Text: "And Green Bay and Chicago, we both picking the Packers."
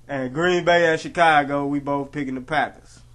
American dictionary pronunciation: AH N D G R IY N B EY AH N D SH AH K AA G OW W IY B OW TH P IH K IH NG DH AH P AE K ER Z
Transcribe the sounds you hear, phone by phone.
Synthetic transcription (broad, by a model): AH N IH G R IY N B EY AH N SH AH K AA G OW W IY B OW TH P IH K IH NG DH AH P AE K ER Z